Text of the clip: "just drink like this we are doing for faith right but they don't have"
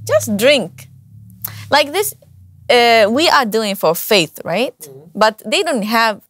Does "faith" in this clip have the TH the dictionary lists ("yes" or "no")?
yes